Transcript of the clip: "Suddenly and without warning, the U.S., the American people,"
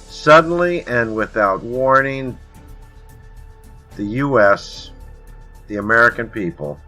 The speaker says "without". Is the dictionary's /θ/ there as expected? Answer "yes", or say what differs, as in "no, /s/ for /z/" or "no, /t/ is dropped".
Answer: yes